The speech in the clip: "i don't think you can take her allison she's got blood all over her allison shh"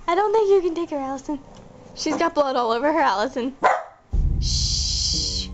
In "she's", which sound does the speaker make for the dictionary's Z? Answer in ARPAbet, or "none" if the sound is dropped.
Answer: Z